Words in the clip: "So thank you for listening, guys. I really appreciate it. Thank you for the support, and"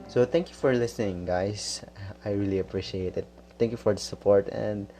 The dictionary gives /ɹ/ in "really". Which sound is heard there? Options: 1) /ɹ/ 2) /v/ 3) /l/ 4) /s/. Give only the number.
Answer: 1